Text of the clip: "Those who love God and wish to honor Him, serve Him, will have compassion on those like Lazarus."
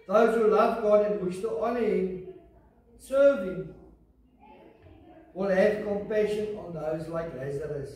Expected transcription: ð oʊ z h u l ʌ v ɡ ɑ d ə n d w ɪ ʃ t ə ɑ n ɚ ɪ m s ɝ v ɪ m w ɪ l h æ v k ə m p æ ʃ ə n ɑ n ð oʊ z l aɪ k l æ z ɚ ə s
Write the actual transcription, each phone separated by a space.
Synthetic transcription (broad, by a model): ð oʊ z h u l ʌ v ɡ ɑ d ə n w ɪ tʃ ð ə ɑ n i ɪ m s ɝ v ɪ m w ɪ l h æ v k ə m p æ ʃ ə n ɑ n ð oʊ z l aɪ k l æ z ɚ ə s